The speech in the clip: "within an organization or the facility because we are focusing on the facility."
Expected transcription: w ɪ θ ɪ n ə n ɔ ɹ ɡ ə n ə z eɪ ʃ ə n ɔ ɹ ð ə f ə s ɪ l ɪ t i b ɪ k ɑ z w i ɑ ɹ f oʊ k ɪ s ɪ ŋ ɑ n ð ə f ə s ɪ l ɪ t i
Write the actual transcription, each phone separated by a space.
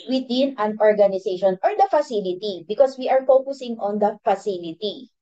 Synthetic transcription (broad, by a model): w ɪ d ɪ n ə n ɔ ɹ ɡ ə n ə s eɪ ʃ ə n ɔ ɹ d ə f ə s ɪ l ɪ t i b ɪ k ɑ s w i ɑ ɹ f oʊ k ɪ s ɪ ŋ ɑ n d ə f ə s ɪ l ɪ t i